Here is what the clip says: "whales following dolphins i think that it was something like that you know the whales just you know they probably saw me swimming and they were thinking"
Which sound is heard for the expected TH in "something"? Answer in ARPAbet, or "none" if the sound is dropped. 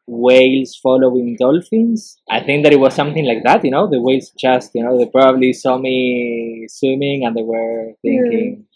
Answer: TH